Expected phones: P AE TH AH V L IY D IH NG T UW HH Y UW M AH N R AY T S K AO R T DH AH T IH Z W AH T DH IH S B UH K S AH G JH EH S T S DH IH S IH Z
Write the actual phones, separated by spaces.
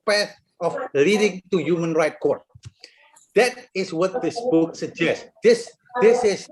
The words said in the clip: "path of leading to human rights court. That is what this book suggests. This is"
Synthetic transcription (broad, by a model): P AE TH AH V L IY D IH NG T UW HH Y UW M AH N R AY T K AO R T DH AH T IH S W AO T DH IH S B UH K S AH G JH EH S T S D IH S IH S